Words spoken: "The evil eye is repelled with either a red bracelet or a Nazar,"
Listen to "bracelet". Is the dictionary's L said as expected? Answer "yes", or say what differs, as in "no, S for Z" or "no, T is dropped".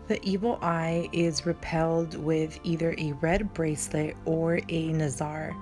yes